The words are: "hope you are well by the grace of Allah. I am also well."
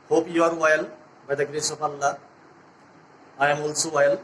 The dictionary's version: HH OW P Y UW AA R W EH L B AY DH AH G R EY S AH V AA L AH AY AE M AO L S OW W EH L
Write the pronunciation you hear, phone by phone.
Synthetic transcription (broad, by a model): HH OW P Y UW AA R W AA L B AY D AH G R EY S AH P AA L AH AY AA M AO L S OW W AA L